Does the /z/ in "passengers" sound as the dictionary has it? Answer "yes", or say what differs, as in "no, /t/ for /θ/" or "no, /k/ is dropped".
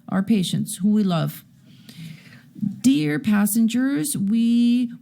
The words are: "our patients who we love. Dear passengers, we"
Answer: yes